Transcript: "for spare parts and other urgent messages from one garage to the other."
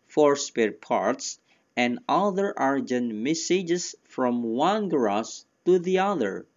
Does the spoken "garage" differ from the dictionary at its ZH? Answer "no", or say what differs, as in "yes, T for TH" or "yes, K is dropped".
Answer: yes, S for ZH